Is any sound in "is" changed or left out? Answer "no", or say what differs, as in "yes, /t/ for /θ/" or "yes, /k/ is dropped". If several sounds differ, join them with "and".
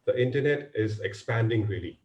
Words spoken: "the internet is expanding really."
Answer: no